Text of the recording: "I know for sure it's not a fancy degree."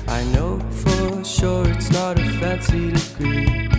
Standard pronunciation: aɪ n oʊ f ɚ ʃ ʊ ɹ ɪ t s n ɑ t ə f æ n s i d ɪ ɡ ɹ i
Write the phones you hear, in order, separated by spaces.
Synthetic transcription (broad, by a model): aɪ n oʊ f ɚ ʃ ʊ ɹ ɪ t s n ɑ t ə f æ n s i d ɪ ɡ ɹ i